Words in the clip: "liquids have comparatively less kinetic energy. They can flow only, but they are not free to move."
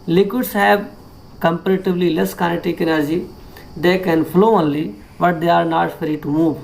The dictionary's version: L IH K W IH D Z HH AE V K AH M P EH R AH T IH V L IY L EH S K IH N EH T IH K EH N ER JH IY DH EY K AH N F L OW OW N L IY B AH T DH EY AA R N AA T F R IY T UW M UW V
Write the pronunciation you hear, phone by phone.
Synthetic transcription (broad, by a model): L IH K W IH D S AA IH B K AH M P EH R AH T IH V L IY L EH S K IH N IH T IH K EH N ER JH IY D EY K AH N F L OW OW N L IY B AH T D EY AA R N AA T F R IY T UW M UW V